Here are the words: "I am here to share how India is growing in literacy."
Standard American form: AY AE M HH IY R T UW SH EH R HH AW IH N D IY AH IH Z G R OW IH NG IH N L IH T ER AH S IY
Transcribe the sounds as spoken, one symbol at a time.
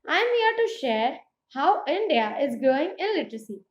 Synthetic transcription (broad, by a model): AY M HH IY R T UW SH EH R HH AW IH N D IY AH IH Z G OW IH NG IH N L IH T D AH S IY